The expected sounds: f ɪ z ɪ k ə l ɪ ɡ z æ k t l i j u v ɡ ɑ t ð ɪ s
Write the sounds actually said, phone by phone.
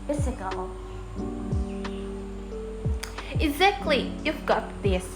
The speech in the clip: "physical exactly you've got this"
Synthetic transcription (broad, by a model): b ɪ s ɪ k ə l ɪ ɡ z æ k t l i j u v ɡ ɑ t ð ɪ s